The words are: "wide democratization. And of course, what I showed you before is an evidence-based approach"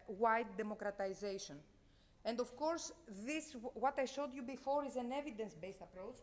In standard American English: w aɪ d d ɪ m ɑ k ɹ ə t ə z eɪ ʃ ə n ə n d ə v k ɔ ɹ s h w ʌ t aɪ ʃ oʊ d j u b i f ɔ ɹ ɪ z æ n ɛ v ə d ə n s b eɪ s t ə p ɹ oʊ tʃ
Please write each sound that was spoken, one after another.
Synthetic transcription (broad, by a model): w aɪ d d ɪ m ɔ k ɹ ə t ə z eɪ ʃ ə n ə n d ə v k ɔ ɹ s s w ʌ t aɪ ʃ oʊ d j u b i f ɔ ɹ ɪ z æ n ɛ v ə d ə n s b eɪ s t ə p ɹ oʊ tʃ